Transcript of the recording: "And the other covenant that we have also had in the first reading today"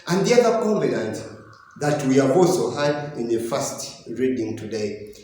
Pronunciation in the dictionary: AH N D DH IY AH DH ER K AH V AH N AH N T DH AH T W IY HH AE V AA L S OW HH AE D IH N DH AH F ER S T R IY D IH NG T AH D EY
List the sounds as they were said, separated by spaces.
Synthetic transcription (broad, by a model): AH N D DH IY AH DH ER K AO B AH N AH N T DH AH T W IY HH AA V AA L S OW HH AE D IH N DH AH F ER S T R IY D IH NG T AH D EY